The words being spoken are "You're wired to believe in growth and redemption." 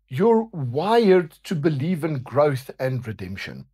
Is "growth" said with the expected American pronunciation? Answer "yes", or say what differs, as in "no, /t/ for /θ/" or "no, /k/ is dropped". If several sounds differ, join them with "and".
yes